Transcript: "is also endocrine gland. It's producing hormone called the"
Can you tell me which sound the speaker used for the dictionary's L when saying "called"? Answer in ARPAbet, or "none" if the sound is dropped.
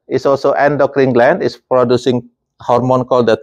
L